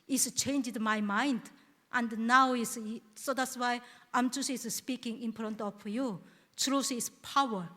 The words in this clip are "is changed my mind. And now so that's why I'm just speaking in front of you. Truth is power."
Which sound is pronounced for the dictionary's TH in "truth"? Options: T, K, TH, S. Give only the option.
S